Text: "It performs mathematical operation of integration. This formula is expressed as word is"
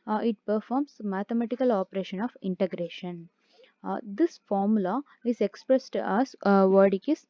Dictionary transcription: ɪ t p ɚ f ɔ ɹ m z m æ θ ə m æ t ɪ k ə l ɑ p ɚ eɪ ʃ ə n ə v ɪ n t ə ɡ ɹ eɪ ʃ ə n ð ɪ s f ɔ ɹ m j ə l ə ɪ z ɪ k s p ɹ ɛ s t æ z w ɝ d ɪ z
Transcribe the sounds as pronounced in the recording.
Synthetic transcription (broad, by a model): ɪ t p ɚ f ɔ ɹ m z m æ t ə m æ t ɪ k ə l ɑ p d eɪ ʃ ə n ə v ɪ n t ə ɡ ɹ eɪ ʃ ə n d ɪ s f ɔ ɹ m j l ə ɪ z ɪ k s p ɹ ɛ s t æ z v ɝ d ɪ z